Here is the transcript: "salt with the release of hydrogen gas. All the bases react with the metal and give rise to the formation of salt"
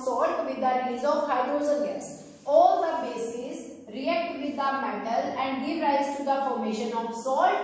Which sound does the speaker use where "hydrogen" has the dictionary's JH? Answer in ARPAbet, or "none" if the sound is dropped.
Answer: Z